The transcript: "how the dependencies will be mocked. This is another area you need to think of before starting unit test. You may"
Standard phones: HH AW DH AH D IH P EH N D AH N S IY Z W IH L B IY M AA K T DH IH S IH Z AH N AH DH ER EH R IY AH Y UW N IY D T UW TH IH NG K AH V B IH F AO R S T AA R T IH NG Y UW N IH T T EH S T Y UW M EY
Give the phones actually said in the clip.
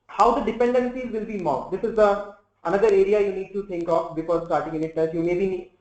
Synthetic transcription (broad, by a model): HH AW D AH D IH P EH N D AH N S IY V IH L B IY M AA T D IH S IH Z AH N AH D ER EH R IY AH Y UW N IY D T UW T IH NG K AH F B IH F AO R S T AA R T IH NG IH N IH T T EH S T Y UW M EY